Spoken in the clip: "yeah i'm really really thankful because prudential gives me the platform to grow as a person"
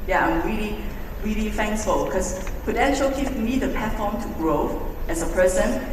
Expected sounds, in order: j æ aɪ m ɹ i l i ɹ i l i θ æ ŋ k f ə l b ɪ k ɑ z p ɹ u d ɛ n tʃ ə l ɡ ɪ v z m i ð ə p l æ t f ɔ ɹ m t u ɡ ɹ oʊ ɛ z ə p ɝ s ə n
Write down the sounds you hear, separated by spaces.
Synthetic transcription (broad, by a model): j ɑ aɪ m ɹ i l i ɹ i l i f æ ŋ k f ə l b k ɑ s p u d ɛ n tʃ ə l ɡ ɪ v m i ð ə p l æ t f ɔ m t u ɡ ɹ oʊ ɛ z ə p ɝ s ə n